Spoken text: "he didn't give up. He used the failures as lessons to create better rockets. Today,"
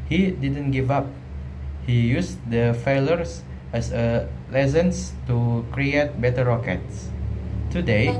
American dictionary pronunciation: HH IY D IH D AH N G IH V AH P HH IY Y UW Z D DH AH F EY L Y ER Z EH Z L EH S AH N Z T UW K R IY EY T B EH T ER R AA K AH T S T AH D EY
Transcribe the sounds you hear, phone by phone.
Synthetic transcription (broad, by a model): HH IY D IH D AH N G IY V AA P HH IY Y UW S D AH F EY L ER S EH S L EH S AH N S T UW K R IY EY T B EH T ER R AA K AH T S T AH D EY